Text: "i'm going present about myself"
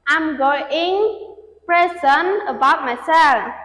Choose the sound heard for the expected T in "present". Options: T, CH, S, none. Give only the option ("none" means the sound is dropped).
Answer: none